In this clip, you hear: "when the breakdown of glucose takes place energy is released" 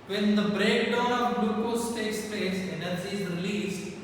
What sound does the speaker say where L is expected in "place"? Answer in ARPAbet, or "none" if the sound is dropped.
none